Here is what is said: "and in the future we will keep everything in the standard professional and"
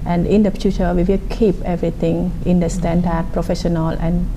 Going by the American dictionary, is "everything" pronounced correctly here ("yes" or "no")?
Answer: no